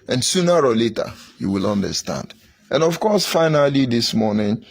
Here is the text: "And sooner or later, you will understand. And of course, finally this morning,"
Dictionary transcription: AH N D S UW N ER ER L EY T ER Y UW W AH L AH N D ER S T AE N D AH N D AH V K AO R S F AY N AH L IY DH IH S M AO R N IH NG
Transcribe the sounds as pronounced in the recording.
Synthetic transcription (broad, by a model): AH N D S UW N ER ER L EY T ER Y UW W AH L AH N D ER S T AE N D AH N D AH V K AO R S F AY N AH L IY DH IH S M AO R N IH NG